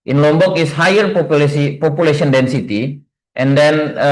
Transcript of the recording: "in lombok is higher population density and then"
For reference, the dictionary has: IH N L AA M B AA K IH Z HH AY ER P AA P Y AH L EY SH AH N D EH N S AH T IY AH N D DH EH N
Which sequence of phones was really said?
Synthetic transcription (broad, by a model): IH N L AA M B AA K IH S HH AY ER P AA P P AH L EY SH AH N D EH N S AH T IY AH N D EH N